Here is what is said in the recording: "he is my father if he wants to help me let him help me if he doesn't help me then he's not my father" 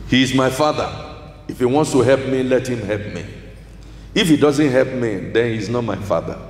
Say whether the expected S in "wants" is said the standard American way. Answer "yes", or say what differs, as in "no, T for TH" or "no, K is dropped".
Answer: yes